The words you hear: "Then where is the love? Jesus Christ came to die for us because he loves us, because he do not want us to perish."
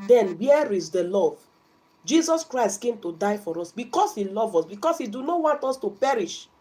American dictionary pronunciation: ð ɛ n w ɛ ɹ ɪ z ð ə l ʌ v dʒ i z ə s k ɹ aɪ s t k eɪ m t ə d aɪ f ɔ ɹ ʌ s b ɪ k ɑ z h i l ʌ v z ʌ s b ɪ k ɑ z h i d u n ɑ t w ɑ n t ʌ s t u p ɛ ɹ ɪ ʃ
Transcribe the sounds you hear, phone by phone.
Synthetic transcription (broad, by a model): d ɛ n w ɛ ɹ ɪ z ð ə l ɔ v dʒ i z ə s k ɹ aɪ s t k eɪ m t ə d aɪ f ɔ ɹ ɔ s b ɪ k ɑ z h i l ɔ v ɔ s b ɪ k ɑ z h i d u n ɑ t w ɑ n t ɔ s t u p ɛ ɹ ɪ ʃ